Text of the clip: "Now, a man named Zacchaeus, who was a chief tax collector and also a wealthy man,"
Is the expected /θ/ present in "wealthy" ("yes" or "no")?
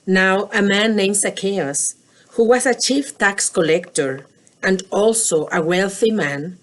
yes